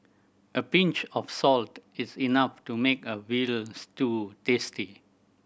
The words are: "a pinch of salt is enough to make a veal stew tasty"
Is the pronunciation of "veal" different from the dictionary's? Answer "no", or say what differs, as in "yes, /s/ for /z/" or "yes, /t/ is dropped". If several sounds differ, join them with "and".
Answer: yes, /w/ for /v/